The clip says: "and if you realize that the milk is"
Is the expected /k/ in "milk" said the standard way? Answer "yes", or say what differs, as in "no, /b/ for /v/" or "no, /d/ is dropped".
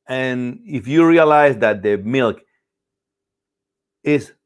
yes